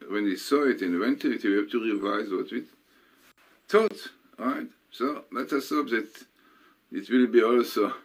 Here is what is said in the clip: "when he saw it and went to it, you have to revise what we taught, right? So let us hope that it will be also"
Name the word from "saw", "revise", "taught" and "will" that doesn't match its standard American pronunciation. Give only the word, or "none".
none